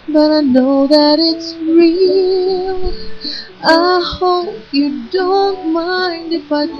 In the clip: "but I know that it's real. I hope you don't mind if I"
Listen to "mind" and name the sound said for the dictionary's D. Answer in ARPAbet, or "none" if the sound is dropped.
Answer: D